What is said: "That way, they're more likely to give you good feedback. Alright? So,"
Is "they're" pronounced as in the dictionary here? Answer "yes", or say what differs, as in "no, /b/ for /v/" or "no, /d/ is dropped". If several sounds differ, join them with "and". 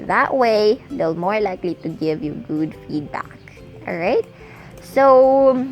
no, /l/ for /ɹ/